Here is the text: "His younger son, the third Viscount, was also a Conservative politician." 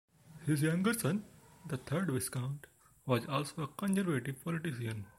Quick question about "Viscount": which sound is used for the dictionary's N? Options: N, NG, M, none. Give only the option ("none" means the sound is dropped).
N